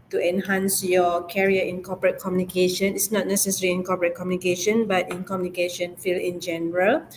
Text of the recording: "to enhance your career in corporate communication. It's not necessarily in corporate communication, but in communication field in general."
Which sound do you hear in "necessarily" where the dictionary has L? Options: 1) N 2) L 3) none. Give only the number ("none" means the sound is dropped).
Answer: 3